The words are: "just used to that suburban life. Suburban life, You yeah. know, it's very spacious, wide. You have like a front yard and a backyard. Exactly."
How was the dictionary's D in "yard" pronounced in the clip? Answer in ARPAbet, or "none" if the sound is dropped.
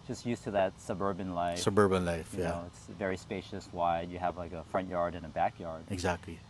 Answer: D